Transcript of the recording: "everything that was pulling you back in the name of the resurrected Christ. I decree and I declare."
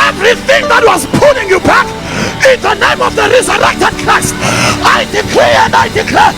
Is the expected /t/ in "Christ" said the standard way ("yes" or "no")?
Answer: no